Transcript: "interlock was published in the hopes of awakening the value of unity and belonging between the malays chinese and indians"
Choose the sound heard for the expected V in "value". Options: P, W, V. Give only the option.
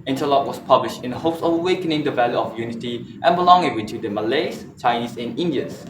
V